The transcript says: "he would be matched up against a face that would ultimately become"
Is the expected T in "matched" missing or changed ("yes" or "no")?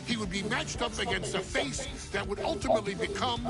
no